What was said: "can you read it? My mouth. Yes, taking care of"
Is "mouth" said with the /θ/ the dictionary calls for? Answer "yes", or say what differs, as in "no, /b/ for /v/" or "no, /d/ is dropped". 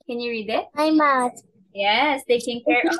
no, /t/ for /θ/